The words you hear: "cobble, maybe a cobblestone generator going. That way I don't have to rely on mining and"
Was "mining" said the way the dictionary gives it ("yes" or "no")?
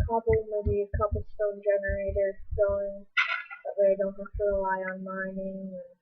yes